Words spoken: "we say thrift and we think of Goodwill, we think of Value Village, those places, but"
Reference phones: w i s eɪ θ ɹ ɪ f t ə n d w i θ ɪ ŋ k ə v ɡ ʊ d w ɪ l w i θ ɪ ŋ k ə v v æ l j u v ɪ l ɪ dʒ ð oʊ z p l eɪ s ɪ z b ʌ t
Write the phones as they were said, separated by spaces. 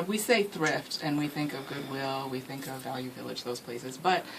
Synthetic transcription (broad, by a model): w i s eɪ θ ɹ ɪ f t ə n w i θ ɪ ŋ k ə v ɡ ʊ d w ɪ l w i θ ɪ ŋ k ə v v æ l j u v ɪ l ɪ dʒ ð oʊ z p l eɪ s ɪ z b ʌ t